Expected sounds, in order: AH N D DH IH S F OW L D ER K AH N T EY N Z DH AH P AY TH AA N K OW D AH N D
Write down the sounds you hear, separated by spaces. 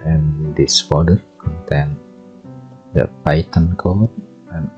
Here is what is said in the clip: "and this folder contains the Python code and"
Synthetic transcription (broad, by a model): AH N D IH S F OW D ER K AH N T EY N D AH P AY T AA N K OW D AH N